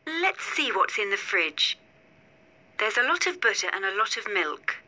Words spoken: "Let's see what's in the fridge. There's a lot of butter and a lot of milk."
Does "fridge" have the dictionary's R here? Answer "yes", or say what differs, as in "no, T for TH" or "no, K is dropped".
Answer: yes